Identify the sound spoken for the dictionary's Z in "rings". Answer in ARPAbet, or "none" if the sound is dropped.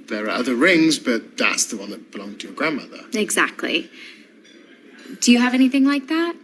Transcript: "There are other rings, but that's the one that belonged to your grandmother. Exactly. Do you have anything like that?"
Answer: Z